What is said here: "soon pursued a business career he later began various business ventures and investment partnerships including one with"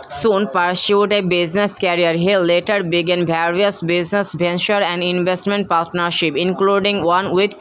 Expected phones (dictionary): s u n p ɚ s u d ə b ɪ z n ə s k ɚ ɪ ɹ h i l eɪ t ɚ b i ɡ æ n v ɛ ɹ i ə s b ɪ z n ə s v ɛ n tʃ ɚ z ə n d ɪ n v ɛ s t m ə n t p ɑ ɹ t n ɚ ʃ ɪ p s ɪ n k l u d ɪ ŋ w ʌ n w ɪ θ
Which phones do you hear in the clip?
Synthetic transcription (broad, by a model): s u n p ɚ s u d ə b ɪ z n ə s k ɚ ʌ ɹ h i l eɪ t ɚ b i ɡ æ n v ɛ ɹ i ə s b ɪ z n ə s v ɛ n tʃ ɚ ə n d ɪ n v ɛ s t m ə n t p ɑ ɹ t n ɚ ʃ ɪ p ɪ n k l u d ɪ ŋ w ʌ n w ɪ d